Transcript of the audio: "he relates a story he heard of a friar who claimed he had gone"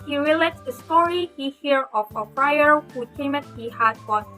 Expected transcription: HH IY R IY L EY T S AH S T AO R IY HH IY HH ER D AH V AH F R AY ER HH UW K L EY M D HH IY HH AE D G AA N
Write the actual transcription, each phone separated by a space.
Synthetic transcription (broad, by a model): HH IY R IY L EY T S AH S T AO R IY HH IY HH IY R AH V AH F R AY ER HH UW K EY M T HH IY HH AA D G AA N